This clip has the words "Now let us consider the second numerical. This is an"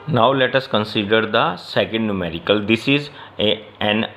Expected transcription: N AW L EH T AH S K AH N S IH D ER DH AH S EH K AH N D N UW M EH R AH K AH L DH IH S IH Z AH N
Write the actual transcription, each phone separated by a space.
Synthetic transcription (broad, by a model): N AW L EH T AH S K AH N S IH D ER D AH S EH K AH N D N UW M EH R AH K AH L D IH S IH Z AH N